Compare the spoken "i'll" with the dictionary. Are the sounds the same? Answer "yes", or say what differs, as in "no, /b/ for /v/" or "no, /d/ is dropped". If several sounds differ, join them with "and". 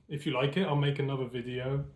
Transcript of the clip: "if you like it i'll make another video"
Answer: yes